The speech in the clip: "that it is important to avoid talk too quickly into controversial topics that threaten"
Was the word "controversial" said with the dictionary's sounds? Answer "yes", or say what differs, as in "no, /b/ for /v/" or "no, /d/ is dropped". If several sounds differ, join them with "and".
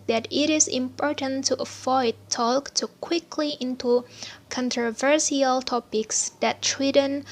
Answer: no, /s/ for /ʃ/